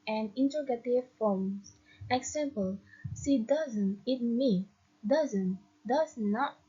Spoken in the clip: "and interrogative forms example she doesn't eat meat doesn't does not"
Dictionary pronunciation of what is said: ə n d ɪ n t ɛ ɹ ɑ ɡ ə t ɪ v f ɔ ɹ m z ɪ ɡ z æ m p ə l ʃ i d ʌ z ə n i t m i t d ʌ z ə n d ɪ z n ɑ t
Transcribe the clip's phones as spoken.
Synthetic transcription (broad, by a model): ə n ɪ n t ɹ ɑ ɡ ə t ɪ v f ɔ m s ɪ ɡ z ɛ m p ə l s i d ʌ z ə n i t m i d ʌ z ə n d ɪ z n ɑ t